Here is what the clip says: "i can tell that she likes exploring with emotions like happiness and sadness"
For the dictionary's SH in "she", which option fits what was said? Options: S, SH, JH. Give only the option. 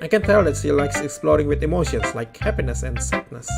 S